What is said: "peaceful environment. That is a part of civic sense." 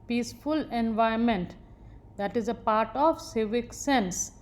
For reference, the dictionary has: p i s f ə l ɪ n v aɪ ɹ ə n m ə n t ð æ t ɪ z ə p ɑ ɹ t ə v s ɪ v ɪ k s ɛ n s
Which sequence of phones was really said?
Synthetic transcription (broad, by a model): p i s f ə l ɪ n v aɪ ə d m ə n t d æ t ɪ z ə p ɑ ɹ t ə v s ɪ v ɪ k s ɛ n s